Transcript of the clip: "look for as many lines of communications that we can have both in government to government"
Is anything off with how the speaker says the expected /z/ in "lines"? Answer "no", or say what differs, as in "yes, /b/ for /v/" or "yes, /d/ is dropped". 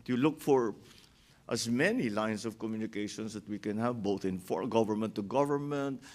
yes, /s/ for /z/